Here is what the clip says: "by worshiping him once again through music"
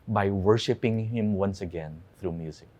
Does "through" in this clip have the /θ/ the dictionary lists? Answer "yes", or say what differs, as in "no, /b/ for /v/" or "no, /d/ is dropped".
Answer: yes